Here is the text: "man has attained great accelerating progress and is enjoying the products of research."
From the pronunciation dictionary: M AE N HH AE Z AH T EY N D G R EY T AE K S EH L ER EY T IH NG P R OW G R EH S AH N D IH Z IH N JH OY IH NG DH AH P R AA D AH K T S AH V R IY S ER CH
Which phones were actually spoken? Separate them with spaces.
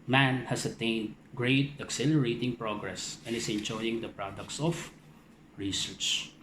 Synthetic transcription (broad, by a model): M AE N HH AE S AH T EY N D G R EY T AE K S EH L ER EY T IH NG P R OW G R EH S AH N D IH S IH N JH OY IH NG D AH P R AA D AH K T S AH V R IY S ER CH